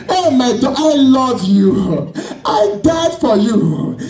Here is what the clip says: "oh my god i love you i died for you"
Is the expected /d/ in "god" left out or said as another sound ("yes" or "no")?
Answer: yes